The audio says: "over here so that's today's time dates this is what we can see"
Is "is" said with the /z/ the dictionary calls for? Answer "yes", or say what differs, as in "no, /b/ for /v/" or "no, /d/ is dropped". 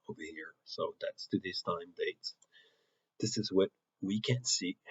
yes